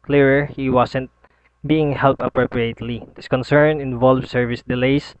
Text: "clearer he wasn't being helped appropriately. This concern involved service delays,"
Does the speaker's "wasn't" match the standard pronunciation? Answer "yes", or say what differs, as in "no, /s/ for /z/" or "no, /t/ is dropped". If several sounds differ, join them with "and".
no, /s/ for /z/